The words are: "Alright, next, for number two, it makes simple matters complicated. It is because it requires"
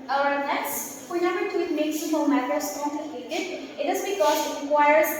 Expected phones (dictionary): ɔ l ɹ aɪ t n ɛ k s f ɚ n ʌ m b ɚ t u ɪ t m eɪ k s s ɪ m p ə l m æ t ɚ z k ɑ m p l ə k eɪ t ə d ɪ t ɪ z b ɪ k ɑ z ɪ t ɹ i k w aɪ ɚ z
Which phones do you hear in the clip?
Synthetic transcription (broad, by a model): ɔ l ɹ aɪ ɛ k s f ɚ n ʌ m b ɚ t u ɪ t m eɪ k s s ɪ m ə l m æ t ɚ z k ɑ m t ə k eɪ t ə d ɪ t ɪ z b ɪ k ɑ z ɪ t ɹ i k w aɪ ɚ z